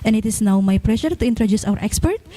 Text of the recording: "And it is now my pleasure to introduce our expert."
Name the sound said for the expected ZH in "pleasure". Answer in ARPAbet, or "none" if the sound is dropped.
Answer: SH